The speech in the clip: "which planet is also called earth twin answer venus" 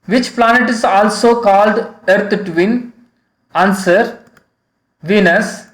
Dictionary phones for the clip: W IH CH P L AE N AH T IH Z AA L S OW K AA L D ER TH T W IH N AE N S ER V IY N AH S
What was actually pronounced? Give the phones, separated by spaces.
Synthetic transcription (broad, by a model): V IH CH P L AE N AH T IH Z AA L S OW K AA L D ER T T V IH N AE N S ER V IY N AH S